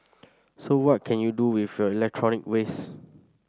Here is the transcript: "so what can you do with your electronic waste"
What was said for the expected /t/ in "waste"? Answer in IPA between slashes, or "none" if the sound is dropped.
none